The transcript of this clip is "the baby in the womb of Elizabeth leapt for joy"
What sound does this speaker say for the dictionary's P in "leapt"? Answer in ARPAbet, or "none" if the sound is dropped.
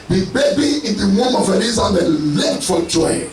none